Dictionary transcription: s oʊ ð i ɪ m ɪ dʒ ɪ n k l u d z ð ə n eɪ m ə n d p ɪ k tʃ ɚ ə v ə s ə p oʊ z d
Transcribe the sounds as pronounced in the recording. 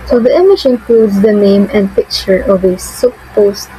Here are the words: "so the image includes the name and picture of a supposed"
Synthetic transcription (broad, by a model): s oʊ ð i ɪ m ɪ ʃ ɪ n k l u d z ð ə n eɪ m ə n d p ɪ k tʃ ɚ ə v ə s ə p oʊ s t